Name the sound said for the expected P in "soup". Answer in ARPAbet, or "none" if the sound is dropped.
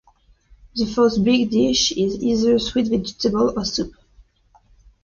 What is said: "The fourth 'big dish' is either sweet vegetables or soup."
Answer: P